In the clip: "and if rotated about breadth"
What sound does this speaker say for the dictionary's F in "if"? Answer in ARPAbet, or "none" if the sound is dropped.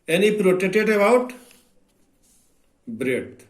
P